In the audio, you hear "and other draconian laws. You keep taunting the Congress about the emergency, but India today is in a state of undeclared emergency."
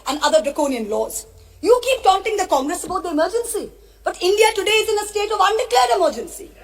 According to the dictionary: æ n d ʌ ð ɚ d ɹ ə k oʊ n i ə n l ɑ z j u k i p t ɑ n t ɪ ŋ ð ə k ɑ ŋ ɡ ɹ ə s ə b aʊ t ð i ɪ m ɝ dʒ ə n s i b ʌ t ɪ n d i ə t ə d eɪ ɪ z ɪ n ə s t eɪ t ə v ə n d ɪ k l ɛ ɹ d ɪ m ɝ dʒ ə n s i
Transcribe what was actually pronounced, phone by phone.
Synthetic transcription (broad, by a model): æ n d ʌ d ɚ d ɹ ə k oʊ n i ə n l ɑ z j u k i p t ɑ n t ɪ ŋ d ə k ɑ ŋ ɡ ɹ ə s ə b aʊ t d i ɪ m ɝ dʒ ə n s i b ʌ t ɪ n d i ə t ə d eɪ ɪ z ɪ n ə s t eɪ t ə v ə n d ɪ k l ɛ ɹ d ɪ m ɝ dʒ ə n s i